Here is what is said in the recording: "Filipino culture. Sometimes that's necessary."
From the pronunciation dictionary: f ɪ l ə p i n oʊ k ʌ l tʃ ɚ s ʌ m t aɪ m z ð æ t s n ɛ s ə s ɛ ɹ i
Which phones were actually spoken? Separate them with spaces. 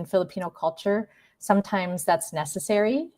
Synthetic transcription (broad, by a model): f ɪ l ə p i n oʊ k ʌ l tʃ ɚ s ʌ m t aɪ m z ð æ t s n ɛ s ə s ɛ ɹ i